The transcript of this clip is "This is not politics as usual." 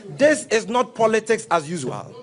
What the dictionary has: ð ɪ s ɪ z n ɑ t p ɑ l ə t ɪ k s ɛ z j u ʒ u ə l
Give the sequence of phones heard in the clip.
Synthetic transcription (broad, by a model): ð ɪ s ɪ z n ɑ t p ɑ l ə t ɪ k s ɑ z j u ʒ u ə l